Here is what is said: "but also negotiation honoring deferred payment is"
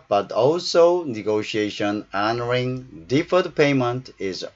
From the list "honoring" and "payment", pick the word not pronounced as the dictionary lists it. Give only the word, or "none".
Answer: none